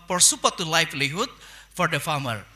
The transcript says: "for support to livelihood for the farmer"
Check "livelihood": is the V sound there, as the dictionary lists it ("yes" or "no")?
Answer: no